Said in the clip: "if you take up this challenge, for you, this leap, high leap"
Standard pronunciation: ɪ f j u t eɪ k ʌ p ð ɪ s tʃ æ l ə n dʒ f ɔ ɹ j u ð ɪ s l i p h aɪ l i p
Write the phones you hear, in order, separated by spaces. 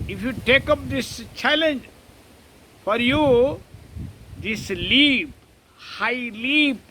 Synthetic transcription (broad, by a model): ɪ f j u t eɪ k ʌ p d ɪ s tʃ æ l ə n dʒ f ɔ ɹ j u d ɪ s l i p h aɪ l i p